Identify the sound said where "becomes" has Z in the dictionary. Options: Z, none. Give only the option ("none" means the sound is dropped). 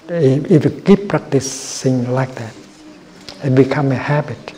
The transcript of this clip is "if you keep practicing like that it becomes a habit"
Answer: none